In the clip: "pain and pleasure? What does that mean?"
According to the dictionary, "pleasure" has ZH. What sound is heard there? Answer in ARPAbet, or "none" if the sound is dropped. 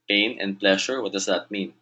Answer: SH